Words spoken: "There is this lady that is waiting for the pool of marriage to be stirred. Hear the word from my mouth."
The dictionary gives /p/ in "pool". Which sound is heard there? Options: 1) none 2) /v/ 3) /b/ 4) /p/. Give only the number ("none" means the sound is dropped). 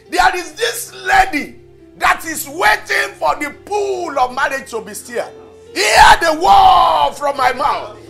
4